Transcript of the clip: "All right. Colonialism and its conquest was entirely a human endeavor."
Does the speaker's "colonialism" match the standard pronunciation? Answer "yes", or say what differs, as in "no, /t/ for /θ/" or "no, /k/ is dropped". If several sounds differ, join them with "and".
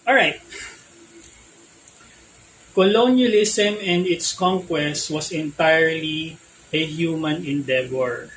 no, /s/ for /z/